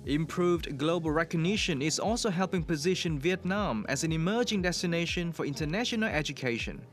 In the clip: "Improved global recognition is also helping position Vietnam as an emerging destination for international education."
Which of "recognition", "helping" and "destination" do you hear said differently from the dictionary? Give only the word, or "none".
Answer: none